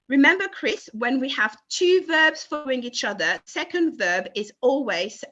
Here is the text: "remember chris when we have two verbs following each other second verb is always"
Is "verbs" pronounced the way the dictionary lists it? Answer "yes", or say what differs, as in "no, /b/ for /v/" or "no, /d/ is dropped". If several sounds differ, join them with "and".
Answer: yes